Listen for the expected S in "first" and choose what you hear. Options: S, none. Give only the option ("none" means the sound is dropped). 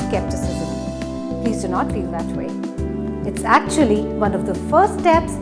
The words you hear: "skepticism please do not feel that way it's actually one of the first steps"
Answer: none